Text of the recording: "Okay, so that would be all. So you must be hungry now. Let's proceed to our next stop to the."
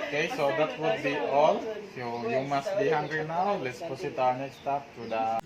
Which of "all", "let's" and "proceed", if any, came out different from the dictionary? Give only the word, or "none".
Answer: proceed